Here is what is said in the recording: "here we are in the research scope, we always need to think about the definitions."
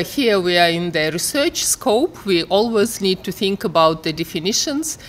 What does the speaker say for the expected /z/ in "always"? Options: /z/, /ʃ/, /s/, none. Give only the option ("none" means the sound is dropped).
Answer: /z/